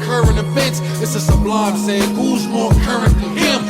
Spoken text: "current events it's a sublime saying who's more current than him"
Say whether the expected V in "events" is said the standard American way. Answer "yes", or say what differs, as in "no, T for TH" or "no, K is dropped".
no, F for V